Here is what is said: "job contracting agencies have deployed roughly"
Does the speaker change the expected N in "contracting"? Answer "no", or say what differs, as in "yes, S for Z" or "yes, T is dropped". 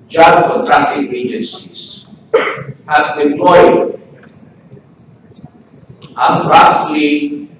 yes, N is dropped